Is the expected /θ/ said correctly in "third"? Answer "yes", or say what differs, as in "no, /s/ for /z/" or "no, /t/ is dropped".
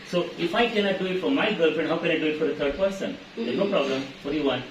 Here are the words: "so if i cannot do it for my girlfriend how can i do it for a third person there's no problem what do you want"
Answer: no, /t/ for /θ/